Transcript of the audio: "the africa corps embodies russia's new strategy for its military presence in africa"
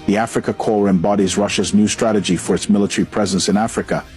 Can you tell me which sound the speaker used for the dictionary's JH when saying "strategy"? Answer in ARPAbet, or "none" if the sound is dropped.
JH